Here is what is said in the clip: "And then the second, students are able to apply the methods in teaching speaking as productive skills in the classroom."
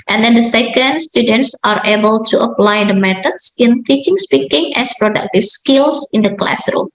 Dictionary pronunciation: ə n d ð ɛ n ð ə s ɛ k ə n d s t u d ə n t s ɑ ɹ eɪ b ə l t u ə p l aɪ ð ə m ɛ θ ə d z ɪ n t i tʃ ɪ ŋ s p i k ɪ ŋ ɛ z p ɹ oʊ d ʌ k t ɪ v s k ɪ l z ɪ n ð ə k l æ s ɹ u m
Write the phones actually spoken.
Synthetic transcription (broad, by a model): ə n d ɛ n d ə s ɛ k ə n d s t u d ə n t s ɑ ɹ eɪ b ə l t u ə p l aɪ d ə m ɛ t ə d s ɪ n t i tʃ ɪ ŋ s p i k ɪ ŋ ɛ s p ɹ oʊ d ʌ k t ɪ f s k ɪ l s ɪ n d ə k l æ s ɹ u m